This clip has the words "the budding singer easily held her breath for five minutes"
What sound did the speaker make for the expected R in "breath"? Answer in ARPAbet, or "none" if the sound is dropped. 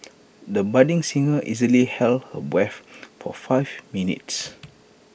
W